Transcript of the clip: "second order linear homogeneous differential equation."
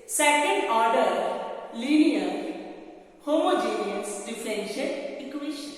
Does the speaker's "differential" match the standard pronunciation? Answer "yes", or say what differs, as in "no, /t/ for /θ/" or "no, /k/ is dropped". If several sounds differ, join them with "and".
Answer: no, /n/ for /l/